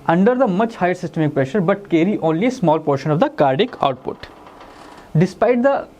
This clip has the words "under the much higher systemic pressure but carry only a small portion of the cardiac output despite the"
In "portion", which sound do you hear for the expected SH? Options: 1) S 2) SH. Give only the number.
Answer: 2